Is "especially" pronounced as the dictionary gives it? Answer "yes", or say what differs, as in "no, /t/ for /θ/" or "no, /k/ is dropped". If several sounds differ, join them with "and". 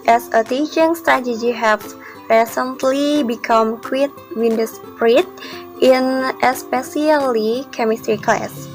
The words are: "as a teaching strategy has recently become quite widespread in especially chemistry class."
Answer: no, /s/ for /ʃ/